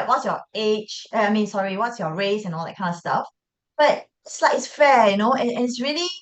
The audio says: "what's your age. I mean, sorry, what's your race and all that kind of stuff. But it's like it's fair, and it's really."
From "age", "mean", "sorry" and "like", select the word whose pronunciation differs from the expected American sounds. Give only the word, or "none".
age